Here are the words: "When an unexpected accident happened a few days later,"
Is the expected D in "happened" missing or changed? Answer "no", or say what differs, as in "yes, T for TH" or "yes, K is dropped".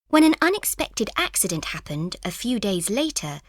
no